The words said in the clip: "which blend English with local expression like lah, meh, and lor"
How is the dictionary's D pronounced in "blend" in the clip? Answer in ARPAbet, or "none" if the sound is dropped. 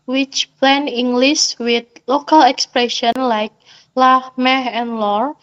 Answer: none